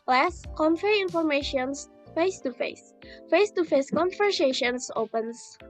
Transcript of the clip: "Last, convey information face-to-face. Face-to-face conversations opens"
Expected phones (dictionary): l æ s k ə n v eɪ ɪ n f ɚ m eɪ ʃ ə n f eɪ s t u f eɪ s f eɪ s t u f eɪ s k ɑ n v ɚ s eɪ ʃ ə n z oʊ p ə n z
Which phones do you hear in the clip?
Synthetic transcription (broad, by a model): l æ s k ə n f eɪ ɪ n f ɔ m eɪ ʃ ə n f eɪ s t u f eɪ s f eɪ s t u f eɪ s k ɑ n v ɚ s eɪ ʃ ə n s oʊ p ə n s